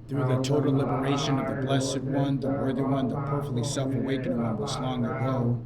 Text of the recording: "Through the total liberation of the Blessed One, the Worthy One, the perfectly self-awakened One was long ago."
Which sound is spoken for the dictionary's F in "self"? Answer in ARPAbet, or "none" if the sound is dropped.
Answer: F